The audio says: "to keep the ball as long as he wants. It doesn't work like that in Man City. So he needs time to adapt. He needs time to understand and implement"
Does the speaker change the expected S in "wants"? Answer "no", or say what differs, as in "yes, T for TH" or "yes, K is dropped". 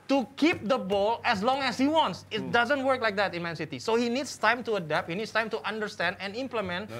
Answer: no